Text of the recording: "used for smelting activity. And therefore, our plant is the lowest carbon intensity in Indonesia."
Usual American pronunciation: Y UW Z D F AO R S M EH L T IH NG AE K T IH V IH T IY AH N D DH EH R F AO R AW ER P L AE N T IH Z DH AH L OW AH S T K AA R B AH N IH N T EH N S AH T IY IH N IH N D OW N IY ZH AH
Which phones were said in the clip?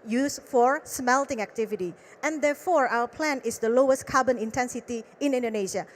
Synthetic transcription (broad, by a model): Y UW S F AO R S M EH L T IH NG AE K T IH V IH T IY AH N D EH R F AO R AW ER P L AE N IH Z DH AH L OW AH S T K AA B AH N IH N T EH N S AH T IY IH N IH N D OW N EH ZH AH